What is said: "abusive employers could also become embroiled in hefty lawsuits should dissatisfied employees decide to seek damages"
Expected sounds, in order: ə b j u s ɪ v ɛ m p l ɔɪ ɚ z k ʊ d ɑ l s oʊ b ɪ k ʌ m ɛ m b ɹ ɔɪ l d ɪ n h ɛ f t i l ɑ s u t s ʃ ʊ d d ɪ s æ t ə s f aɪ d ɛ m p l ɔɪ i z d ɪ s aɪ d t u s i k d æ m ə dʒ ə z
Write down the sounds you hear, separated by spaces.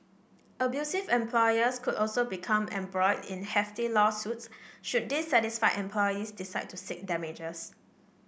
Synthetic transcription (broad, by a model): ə b j u s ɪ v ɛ m p l ɔɪ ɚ s k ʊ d ɑ l s oʊ b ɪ k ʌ m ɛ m b ɹ ɔɪ d ɪ n h ɛ f t i l ɑ s u t s ʃ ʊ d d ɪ s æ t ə s f aɪ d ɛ m p l ɔɪ i s d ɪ s aɪ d t u s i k d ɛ m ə dʒ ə s